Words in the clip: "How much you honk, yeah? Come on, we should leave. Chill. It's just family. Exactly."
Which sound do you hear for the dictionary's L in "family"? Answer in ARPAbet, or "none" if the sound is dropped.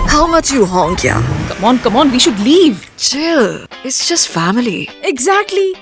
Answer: L